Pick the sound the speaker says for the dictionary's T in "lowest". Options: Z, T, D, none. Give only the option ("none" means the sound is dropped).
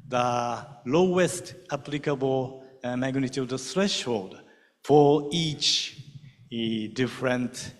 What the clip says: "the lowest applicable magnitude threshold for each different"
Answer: T